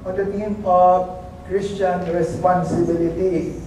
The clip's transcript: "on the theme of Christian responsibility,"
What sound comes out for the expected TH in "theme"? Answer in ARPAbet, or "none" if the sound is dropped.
T